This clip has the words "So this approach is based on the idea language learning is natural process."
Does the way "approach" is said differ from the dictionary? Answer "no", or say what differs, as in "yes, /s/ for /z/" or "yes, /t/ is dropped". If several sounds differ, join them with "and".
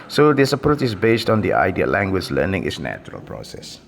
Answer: yes, /ɹ/ is dropped